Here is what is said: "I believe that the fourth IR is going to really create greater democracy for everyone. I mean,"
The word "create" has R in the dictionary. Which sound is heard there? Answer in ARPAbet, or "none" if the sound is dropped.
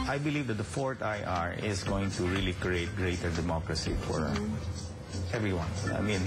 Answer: R